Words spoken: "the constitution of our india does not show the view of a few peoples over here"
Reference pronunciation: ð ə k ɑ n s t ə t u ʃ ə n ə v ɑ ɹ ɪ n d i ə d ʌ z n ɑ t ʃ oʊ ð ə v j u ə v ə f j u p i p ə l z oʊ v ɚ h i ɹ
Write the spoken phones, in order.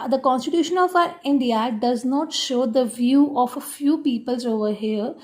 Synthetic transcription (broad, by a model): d ə k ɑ n s t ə t u ʃ ə n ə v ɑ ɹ ɪ n d i ə d ʌ z n ɑ t ʃ oʊ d ə v j u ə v ə f j u p i p ə l z oʊ v ɚ h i ɹ